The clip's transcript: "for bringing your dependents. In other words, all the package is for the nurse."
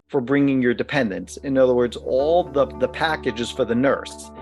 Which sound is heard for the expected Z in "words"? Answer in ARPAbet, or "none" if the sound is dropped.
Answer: Z